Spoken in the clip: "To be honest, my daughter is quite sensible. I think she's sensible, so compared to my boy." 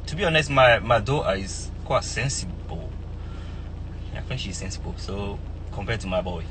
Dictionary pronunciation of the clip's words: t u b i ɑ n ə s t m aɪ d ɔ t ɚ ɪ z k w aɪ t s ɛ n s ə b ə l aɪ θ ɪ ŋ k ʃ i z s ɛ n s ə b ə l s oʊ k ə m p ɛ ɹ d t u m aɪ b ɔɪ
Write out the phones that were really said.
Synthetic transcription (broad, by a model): t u b i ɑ n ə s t m aɪ d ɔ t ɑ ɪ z k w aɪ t s ɛ n s ə b ə l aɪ f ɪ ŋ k ʃ i z s ɛ n s ə b ə l s oʊ k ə m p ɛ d t u m aɪ b ɔɪ